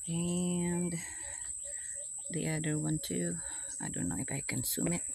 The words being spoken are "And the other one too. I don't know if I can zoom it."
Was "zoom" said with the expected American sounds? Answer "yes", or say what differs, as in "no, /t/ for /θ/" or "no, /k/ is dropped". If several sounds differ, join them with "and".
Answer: no, /s/ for /z/